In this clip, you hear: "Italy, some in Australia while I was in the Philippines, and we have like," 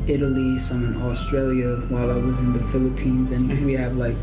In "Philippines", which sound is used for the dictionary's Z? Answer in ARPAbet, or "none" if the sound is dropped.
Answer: Z